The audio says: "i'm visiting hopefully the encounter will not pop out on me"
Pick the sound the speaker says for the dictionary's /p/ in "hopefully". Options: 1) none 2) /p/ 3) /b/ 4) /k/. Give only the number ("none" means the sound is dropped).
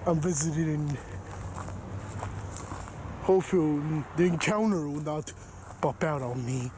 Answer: 1